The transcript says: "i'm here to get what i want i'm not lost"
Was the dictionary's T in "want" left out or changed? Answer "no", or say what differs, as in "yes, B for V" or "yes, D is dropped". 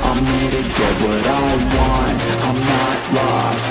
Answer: yes, T is dropped